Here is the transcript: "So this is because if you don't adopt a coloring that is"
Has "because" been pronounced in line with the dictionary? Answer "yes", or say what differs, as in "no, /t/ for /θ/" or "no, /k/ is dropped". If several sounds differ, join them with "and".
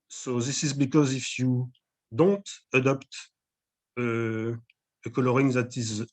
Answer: yes